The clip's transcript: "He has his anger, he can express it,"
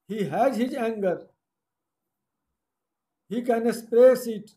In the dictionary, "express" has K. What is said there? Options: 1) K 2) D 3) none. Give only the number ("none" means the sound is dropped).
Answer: 3